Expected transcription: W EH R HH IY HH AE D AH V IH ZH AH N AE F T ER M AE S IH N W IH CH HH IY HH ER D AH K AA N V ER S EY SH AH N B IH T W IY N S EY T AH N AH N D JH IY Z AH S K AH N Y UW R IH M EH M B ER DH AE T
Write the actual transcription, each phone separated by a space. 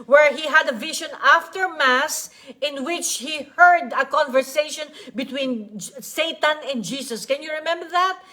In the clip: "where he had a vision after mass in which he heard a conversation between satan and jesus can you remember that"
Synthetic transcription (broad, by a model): W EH R HH IY HH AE D AH V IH SH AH N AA F T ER M AE S IH N W IH CH HH IY HH ER D AH K AA N V ER S EY SH AH N B IH T W IY N S EY T AH N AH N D JH IY S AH S K AH N Y UW R IH M EH M B ER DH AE T